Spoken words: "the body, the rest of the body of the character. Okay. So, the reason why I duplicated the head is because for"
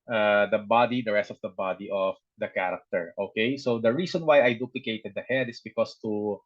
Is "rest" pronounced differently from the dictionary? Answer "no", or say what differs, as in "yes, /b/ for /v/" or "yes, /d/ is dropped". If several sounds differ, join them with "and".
no